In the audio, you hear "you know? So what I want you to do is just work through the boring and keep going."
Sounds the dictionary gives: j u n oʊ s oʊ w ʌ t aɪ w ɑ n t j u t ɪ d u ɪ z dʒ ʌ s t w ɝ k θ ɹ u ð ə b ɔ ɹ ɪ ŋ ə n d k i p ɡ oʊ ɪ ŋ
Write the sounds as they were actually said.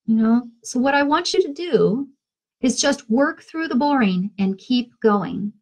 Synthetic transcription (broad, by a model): j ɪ n oʊ s oʊ w ʌ t aɪ w ɑ n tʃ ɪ t ɪ d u ɪ z dʒ ʌ s t w ɝ k θ ɹ u ð ə b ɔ ɹ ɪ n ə n k i p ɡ oʊ ɪ ŋ